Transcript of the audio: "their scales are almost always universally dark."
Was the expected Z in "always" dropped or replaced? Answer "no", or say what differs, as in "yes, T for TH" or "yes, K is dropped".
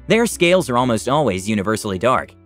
no